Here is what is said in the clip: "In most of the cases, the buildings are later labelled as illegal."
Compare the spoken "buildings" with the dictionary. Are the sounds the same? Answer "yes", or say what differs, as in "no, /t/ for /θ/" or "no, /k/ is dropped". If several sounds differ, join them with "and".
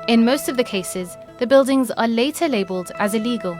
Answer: yes